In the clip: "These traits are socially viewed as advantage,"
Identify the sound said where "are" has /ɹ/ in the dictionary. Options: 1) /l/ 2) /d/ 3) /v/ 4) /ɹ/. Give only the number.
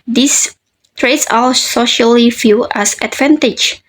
1